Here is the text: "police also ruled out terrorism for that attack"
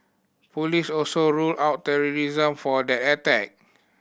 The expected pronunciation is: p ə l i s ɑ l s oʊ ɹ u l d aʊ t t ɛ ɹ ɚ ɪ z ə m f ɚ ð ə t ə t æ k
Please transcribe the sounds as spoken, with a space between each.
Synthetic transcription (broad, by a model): p ə l i s ɑ l s oʊ ɹ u l aʊ t t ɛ ɹ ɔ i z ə m f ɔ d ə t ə t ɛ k